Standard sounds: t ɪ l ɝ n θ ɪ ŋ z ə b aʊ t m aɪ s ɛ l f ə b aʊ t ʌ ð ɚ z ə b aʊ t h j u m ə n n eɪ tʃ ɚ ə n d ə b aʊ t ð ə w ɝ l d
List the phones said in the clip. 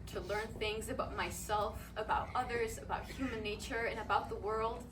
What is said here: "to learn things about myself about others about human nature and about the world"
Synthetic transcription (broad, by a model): t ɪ l ɝ n θ ɪ ŋ z ə b aʊ t m aɪ s ɛ l f ə b aʊ t ʌ ð ɚ z ə b aʊ t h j u m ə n n eɪ tʃ ɚ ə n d ə b aʊ t ð ə w ɝ l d